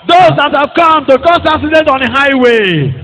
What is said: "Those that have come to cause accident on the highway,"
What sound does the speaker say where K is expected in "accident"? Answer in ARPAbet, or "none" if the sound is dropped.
none